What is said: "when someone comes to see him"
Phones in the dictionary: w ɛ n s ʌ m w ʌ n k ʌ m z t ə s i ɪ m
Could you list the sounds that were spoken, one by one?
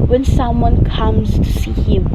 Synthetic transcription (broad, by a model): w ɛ n s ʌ m w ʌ n k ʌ m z s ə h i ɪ m